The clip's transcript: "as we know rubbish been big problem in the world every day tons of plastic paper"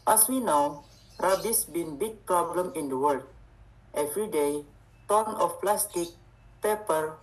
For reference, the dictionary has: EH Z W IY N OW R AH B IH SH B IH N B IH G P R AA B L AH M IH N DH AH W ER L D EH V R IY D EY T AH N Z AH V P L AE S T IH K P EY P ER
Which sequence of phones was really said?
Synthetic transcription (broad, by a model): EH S W IY N OW R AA B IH S B IH N B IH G P R AA B L AH M IH N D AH W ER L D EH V R IY D EY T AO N AH F P L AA S T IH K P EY P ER